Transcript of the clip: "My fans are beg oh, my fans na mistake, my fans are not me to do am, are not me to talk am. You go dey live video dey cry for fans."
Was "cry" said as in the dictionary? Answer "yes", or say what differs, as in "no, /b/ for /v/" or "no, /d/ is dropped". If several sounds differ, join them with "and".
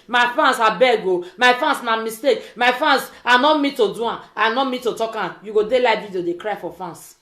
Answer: yes